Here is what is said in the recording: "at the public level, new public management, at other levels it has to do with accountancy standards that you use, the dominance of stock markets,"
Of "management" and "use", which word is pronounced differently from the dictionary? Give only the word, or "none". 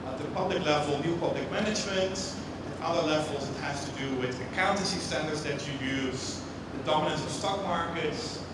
none